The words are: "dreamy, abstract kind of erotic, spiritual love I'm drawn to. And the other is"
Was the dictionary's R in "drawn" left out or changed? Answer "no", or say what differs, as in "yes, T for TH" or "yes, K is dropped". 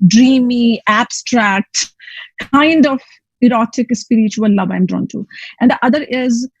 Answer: no